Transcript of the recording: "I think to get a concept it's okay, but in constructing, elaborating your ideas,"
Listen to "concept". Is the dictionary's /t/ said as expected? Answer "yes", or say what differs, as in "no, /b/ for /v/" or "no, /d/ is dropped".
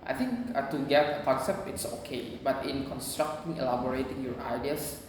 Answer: no, /t/ is dropped